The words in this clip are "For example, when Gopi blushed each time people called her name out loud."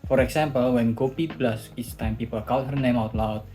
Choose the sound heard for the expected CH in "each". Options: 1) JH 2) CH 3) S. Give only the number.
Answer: 3